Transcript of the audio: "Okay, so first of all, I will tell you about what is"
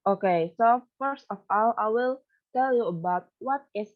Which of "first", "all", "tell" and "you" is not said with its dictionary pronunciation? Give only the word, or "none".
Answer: none